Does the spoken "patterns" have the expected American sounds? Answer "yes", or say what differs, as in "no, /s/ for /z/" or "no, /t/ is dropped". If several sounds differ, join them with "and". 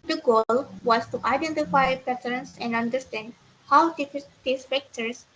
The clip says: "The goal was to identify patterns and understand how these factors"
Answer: no, /s/ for /z/